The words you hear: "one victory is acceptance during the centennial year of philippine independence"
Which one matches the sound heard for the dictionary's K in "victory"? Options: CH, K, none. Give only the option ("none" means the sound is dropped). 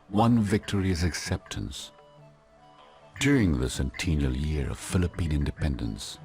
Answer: K